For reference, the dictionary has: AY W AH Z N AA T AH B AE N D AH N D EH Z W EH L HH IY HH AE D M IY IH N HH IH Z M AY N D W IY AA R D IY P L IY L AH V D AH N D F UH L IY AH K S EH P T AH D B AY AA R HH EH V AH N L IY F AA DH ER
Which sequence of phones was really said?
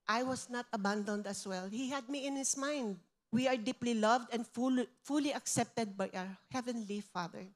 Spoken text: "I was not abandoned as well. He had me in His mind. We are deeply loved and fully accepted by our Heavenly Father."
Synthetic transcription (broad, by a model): AY W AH S N AA T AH B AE N D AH N D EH S W EH L HH IY HH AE D M IY IH N HH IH S M AY N D W IY AA R D IY P L IY L AH V D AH N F F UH L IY AH K S EH P T AH D B AY AA R HH EH V AH N L IY F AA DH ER